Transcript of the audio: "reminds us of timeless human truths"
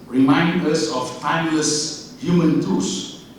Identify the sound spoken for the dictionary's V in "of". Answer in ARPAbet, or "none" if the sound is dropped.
F